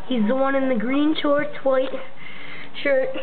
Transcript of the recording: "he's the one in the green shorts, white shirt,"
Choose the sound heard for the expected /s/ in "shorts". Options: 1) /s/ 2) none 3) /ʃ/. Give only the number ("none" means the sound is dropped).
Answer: 2